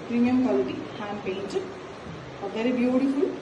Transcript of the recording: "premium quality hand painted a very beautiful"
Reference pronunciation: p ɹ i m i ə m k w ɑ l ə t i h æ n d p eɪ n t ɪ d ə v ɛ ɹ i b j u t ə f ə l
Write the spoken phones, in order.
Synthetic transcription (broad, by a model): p ɹ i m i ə m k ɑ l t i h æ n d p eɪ n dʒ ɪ ə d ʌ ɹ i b j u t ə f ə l